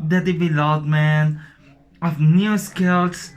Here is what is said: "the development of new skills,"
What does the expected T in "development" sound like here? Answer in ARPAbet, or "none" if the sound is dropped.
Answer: none